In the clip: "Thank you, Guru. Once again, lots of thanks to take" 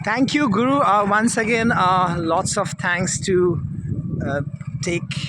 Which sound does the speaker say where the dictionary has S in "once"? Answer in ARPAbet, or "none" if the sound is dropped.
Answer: S